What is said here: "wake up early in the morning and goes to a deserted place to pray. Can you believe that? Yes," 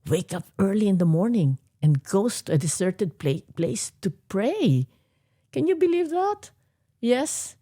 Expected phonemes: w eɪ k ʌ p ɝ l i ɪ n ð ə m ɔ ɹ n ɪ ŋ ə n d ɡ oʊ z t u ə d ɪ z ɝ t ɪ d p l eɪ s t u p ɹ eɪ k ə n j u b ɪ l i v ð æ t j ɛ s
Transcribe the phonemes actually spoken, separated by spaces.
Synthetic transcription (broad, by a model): w eɪ k ʌ p ɝ l i ɪ n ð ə m ɔ ɹ n ɪ ŋ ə n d ɡ oʊ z t u ə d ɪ s ɝ t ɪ d p l eɪ s t u p ɹ eɪ k ə n j u b ɪ l i v ð æ t j ɛ s